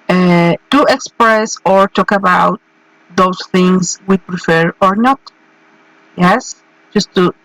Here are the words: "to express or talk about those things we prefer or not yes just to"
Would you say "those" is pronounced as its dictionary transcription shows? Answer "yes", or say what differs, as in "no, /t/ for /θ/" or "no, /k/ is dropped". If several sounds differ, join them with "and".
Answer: no, /s/ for /z/